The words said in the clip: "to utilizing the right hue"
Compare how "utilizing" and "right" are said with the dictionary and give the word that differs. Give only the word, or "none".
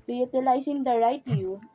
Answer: utilizing